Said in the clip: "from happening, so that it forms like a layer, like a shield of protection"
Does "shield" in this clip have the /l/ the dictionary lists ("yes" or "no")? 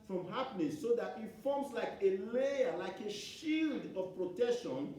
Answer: yes